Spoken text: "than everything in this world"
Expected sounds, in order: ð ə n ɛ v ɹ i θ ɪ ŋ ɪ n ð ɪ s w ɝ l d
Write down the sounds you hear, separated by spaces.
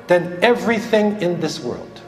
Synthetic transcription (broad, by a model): ð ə n ɛ v ɹ i θ ɪ ŋ ɪ n ð ɪ s w ɝ l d